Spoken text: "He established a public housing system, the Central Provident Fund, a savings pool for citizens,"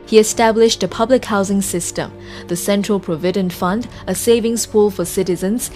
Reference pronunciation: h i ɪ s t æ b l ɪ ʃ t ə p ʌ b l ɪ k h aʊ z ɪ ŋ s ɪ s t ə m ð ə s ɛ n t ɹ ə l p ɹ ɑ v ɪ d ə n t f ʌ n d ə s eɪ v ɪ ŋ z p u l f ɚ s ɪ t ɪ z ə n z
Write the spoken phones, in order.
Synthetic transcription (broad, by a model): h i ɪ s t æ b l ɪ ʃ t ə p ʌ b l ɪ k h aʊ z ɪ ŋ s ɪ s t ə m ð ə s ɛ n t ɹ ə l p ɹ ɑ v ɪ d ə n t f ʌ n d ə s eɪ v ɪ ŋ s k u l f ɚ s ɪ t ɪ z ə n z